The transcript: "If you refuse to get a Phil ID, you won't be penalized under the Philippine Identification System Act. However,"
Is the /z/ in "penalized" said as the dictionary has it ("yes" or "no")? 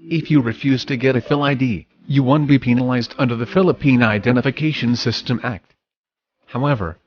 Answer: yes